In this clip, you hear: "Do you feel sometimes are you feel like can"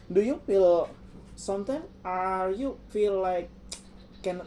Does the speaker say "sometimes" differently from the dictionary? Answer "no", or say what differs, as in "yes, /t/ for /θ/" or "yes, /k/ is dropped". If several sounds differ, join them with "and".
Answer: yes, /z/ is dropped